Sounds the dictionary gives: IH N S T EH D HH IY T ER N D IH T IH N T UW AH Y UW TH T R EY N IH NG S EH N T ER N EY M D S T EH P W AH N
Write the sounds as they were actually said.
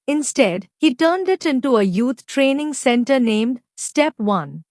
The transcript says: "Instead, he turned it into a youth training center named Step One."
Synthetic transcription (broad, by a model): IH N S T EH D HH IY T ER N D IH T IH N T UW AH Y UW T T R EY N IH NG S EH N T ER N EY M D S T EH P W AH N